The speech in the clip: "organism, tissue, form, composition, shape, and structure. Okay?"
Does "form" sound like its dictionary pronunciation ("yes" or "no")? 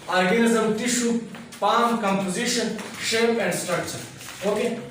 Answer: no